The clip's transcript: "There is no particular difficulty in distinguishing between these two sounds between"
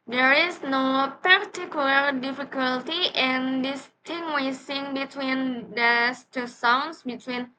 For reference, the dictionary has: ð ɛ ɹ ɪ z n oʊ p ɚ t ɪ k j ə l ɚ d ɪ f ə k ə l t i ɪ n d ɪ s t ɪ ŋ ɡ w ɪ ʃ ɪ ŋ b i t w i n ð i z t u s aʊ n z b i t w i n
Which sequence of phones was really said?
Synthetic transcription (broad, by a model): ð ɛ ɹ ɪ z n oʊ p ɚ t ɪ k j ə l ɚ d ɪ f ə k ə l t i ɪ n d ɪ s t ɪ ŋ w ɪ s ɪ ŋ b i t w i n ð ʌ s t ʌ s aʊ n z b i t w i n